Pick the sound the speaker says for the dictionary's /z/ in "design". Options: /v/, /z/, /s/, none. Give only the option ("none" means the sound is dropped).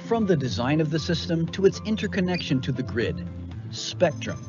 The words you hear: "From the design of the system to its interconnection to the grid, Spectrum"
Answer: /z/